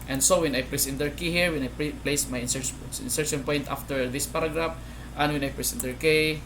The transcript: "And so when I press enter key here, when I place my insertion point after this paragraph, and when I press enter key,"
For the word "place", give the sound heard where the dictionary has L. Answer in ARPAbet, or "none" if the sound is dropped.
L